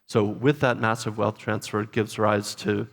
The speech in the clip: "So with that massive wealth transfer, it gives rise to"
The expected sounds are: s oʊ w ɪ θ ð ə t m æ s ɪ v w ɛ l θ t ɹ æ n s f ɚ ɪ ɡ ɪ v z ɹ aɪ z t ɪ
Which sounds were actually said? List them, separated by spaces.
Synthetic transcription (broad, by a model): s oʊ w ɪ ð ə t m æ s ɪ v w ɛ l θ t ɹ æ n s f ɚ ɡ ɪ v z ɹ aɪ z t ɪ